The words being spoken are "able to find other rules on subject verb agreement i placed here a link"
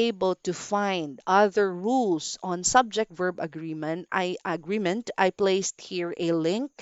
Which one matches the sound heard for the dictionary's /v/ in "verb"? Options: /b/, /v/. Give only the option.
/v/